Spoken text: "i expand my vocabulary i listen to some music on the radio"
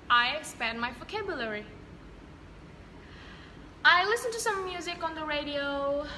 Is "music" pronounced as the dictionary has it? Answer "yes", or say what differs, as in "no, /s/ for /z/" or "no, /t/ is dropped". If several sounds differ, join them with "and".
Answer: yes